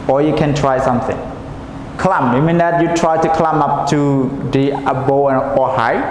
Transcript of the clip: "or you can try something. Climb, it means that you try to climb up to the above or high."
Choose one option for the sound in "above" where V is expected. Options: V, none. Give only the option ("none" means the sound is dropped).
none